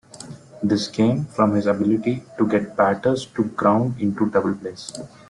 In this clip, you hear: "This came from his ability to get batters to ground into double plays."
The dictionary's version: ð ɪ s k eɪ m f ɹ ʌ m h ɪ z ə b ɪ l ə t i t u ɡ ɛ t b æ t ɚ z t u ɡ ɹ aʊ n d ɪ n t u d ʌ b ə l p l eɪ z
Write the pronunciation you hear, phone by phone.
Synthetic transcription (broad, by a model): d ɪ s k eɪ m f ɹ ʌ m h ɪ z ə b ɪ l ə t i t u ɡ ɛ t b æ t ɚ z t u ɡ ɹ aʊ n d ɪ n t u d ʌ b ə l p l eɪ s